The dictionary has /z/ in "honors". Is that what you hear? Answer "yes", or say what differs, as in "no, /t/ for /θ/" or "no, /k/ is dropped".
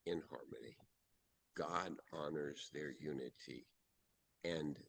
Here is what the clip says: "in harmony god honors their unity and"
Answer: yes